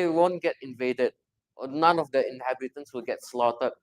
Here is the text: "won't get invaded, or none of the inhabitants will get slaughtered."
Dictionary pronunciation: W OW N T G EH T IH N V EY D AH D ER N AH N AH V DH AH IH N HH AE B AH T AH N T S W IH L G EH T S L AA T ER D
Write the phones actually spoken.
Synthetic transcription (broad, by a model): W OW N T G EH T IH N V EY D AH D N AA N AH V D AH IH N HH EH B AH T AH N S W IH L G EH T S L AA T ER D